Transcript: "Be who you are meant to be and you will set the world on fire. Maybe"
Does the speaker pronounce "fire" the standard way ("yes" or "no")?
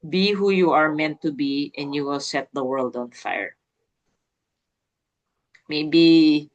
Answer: yes